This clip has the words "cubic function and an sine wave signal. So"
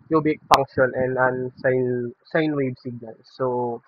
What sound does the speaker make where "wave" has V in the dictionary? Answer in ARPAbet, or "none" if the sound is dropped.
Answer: B